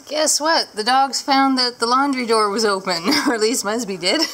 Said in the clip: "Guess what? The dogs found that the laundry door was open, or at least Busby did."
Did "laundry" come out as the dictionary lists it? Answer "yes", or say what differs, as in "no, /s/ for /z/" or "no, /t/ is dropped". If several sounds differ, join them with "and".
yes